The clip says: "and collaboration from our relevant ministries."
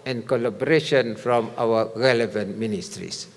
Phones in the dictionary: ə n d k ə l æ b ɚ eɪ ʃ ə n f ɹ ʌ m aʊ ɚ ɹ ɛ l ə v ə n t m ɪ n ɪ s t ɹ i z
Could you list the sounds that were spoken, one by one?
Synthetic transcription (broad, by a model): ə n k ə l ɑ b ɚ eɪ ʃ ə n f ɹ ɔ m aʊ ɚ ɹ ɛ l ə v ə n t m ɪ n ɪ s t ɹ i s